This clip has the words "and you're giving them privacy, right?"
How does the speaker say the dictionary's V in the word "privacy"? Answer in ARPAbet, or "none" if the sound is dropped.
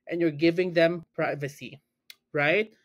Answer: V